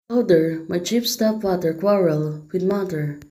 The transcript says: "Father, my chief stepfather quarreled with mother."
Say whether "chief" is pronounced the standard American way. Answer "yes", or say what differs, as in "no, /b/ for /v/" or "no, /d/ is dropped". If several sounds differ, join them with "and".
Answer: no, /p/ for /f/